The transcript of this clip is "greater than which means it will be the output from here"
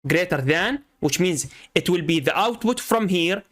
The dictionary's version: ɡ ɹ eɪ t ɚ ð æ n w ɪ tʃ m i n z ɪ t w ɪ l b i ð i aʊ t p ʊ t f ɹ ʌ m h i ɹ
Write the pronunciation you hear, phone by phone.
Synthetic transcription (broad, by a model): ɡ ɹ eɪ t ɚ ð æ n w ɪ tʃ m i n z ɪ t w ɪ l b i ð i aʊ t p ʊ t f ɹ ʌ m h i ɹ